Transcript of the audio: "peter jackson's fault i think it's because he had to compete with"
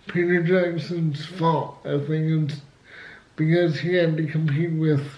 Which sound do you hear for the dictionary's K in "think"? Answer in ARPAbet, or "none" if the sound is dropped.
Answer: none